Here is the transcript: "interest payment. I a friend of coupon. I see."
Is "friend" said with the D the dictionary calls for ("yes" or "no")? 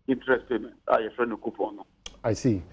no